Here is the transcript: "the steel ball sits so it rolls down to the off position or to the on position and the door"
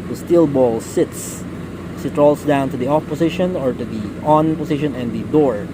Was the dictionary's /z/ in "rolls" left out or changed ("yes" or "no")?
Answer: yes